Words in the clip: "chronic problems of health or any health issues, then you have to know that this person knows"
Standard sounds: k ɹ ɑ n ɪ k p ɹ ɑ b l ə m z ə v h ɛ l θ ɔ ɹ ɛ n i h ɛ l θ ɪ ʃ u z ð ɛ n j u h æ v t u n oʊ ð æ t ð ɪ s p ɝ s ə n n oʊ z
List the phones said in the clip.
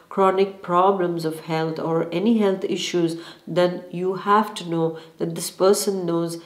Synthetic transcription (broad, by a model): k ɹ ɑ n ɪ k p ɹ ɑ b l ə m z ə v h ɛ l t ɔ ɹ ɛ n i h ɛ l t ɪ ʃ u z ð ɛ n j u h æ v t u n oʊ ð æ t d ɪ s p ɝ s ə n n oʊ z